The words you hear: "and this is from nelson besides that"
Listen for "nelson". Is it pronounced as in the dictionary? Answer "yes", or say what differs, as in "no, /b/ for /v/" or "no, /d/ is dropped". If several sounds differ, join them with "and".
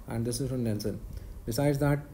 no, /n/ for /l/